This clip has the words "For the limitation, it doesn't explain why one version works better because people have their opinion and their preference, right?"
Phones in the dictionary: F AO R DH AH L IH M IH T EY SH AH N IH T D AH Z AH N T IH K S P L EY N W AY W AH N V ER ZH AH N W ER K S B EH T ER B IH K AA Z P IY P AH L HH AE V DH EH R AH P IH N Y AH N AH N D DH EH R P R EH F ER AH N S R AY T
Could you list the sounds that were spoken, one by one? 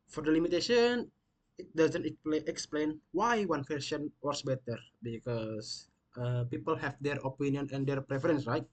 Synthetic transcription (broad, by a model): F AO R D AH L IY M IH T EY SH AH N IH T D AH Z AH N T IH K S P L EY N W AY W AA N W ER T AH N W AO S B EH T ER B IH K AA S P IY P AH L HH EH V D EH R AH P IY N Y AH N AH N D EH R P R EH F ER AH N S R AY T